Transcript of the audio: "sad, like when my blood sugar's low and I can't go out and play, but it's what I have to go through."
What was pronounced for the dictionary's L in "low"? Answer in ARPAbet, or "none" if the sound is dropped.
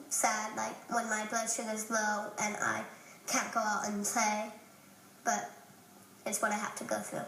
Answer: W